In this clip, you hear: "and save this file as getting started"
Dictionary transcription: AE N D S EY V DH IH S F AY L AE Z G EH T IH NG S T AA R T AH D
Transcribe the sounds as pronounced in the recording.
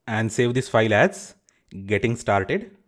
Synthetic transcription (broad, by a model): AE N D S EY V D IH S F AY L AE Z G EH T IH NG S T AA R T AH D